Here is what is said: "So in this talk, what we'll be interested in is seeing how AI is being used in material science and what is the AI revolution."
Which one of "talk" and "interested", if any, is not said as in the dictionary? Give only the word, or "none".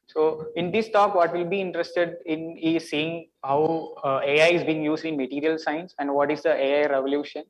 none